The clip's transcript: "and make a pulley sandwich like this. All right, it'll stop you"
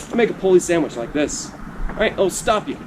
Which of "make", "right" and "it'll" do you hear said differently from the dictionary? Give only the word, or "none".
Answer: right